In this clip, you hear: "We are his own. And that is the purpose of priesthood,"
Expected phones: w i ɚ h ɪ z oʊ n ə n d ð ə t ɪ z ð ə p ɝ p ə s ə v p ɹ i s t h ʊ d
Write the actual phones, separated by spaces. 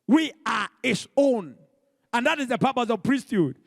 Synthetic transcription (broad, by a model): w i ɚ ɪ s oʊ n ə n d ð ə t ɪ z ð ə p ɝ p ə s ə v p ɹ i s t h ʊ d